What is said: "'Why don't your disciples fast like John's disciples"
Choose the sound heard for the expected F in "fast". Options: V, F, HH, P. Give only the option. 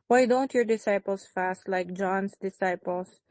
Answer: F